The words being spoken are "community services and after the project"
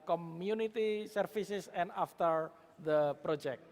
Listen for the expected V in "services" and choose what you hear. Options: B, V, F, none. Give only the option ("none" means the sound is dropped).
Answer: F